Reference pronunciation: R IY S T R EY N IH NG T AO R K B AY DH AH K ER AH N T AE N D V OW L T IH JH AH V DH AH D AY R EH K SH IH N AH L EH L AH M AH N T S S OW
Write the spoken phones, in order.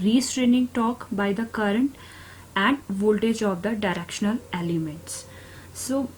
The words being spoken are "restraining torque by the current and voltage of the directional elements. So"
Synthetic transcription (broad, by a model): R IY S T R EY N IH NG T AO K B AY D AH K ER AH N T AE N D V OW L T IH JH AH V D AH D AY R EH K SH IH N AH L EH L AH M AH N T S S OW